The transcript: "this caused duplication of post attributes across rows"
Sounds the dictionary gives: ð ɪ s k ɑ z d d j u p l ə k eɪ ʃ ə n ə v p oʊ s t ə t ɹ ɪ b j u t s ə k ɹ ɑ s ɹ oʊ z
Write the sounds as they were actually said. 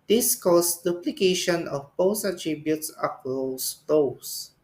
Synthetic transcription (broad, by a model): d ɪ s k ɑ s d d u p l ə k eɪ ʃ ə n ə f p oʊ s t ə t ɹ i b j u t s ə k ɑ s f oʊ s